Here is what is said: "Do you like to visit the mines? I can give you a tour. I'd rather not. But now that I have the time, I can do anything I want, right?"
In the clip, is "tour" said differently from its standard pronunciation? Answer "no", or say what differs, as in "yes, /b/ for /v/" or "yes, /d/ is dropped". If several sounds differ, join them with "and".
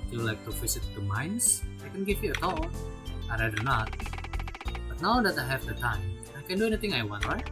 yes, /l/ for /ɹ/